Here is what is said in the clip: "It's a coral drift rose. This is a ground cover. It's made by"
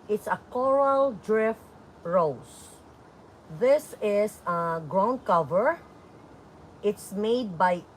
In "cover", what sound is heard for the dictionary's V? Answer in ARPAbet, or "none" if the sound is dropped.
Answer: V